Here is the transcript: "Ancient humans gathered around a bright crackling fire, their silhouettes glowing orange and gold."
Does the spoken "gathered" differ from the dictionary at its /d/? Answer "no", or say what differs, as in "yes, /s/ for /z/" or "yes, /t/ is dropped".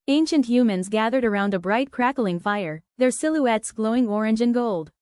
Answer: no